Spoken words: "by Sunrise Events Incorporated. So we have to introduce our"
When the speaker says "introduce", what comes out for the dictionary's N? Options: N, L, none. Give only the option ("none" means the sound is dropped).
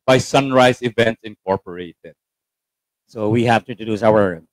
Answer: none